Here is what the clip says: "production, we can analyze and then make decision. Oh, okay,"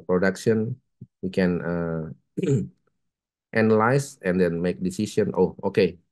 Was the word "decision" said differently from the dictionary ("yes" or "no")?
yes